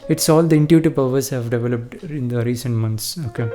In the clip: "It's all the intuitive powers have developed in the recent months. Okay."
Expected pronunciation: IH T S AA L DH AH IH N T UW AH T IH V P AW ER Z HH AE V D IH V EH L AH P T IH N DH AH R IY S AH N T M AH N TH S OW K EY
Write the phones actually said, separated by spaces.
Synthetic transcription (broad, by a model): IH T S AA L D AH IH N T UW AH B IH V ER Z HH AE V D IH V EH L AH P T IH N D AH R IY S AH N T M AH N T S OW K EY